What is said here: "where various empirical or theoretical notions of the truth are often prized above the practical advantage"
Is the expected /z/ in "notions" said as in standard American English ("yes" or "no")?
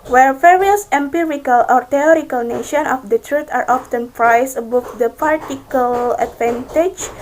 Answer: no